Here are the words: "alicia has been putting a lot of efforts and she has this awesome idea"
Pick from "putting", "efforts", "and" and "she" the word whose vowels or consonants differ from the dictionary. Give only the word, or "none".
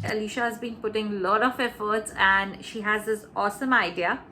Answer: none